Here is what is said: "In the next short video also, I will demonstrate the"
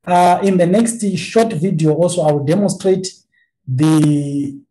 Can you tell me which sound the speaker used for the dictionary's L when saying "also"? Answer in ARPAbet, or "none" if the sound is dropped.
L